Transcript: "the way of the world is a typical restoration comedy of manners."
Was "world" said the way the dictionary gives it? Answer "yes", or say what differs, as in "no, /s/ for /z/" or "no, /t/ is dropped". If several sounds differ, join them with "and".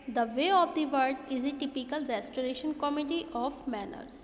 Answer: no, /l/ is dropped